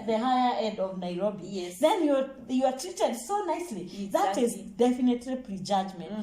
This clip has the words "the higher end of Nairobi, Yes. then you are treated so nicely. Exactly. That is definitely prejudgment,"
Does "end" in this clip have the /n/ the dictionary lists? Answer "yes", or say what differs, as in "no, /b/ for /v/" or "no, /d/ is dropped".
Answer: no, /n/ is dropped